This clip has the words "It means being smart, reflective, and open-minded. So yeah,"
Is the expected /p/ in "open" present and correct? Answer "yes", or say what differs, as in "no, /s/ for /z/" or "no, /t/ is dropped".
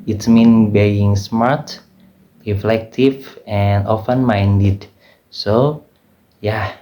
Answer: no, /f/ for /p/